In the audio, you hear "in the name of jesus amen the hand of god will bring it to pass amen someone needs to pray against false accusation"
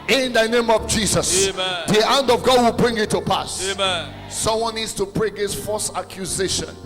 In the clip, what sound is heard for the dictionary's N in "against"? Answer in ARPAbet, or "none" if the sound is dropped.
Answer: none